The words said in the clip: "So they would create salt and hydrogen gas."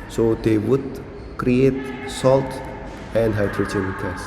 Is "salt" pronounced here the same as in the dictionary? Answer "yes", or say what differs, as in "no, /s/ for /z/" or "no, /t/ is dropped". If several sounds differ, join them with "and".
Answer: yes